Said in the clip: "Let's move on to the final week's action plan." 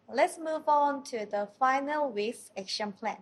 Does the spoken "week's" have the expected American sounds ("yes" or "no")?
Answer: no